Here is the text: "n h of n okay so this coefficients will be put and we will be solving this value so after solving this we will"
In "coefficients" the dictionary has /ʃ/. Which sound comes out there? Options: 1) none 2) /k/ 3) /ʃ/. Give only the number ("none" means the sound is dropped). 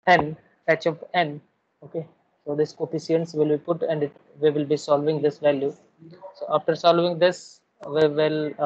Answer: 1